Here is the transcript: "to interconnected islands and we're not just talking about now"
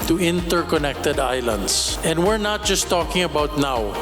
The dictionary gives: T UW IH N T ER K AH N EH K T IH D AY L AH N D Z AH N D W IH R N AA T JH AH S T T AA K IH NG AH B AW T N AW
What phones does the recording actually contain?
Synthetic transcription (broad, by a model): T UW IH N T ER K AH N EH K T IH D AY L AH N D S AH N D W IH R N AA T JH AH S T T AA K IH NG AH B AW T N AW